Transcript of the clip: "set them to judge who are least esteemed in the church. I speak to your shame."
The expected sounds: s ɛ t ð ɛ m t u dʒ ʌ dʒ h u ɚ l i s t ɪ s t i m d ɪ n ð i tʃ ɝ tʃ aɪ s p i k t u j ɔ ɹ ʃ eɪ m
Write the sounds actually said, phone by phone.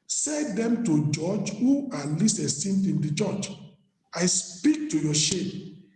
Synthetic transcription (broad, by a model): s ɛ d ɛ m t u dʒ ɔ dʒ h u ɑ l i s ɪ s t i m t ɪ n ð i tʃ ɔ tʃ aɪ s p i k t u j ɔ ʃ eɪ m